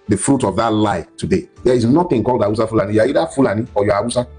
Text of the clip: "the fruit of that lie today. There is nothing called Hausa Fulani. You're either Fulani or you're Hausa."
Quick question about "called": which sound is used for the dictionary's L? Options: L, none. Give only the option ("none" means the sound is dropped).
L